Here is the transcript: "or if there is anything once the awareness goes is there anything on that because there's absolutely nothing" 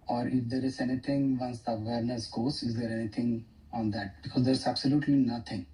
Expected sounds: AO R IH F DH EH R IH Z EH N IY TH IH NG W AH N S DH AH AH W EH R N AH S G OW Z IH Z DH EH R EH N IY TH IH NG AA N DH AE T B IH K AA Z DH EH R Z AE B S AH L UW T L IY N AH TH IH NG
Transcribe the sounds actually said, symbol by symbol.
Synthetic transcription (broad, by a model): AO R IH F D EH R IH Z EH N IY T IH NG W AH N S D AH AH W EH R N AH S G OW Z IH Z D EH R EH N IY T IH NG AA N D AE T B IH K AA Z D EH R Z AE B S AH L UW T L IY N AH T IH NG